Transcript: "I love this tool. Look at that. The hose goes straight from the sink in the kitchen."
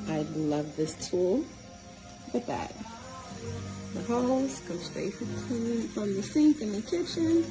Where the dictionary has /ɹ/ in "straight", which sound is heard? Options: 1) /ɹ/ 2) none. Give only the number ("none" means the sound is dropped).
2